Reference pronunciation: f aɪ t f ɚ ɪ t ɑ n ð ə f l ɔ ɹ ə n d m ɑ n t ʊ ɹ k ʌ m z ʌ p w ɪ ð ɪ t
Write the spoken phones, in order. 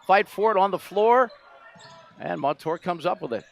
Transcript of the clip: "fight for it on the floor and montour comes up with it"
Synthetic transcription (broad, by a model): f aɪ t f ɚ ɪ t n ð ə f l ɔ ɹ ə n m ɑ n t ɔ ɹ k ʌ m z ʌ p w ɪ ð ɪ t